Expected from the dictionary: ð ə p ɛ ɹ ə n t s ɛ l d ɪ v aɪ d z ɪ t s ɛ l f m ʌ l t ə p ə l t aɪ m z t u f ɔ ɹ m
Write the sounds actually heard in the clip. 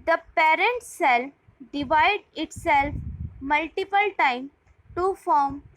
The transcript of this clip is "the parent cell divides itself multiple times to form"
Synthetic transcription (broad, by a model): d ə p ɛ ɹ ə n t s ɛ l d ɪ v aɪ d ɪ t s ɛ l f m ʌ l t ə p ə l t aɪ m t u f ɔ ɹ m